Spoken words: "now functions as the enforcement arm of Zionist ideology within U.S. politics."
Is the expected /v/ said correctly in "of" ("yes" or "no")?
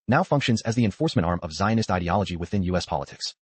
yes